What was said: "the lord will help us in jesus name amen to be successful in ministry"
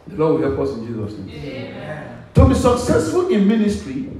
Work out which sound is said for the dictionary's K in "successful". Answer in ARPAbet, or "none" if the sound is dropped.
K